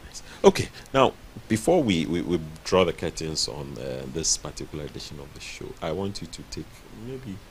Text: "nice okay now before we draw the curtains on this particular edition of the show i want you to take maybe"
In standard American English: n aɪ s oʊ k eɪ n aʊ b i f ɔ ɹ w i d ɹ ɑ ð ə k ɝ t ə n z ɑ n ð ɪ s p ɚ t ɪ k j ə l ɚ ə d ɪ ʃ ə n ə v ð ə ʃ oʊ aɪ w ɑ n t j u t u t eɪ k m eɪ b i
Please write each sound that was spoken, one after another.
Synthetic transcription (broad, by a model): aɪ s oʊ k eɪ n aʊ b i f ɔ w w i d ɹ ɑ ð ə k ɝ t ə n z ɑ n ð ɪ s p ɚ t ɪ k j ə l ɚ ə d ɪ ʃ ə n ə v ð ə ʃ oʊ aɪ w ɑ n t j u t u t eɪ k m eɪ b i